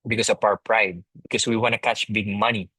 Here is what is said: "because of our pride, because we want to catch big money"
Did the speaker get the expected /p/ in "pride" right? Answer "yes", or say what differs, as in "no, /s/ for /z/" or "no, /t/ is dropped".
yes